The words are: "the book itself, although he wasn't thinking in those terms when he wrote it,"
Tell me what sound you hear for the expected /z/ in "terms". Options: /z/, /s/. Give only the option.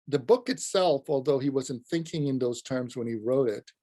/z/